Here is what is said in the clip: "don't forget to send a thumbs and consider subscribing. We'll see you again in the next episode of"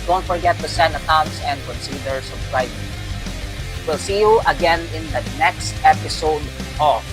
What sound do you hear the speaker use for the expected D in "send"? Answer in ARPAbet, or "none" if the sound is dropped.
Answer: none